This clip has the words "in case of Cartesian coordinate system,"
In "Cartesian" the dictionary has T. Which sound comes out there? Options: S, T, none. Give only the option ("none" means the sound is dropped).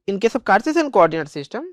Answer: S